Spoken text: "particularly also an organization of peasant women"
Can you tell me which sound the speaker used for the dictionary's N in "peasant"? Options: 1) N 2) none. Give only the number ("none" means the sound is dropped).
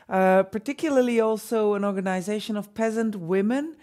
1